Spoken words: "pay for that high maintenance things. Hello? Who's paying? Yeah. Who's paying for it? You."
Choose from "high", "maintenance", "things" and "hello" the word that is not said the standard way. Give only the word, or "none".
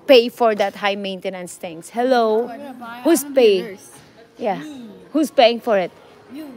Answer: things